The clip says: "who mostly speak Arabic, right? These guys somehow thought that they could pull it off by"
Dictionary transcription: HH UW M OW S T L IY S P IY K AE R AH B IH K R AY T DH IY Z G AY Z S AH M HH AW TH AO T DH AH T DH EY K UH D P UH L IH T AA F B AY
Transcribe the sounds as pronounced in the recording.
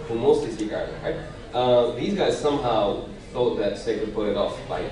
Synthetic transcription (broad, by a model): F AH M OW S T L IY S IY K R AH IH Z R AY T DH IY Z G AY Z S AH M HH AW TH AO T DH AH T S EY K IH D P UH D IH T AA F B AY